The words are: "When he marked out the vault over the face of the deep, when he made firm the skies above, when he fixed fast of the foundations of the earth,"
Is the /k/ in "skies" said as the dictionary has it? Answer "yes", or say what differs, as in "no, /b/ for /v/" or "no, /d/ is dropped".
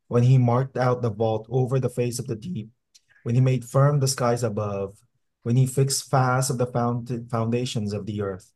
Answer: yes